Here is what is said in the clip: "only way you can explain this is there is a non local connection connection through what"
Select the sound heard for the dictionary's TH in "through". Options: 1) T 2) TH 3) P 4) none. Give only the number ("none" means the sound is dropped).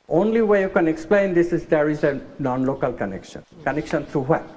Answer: 1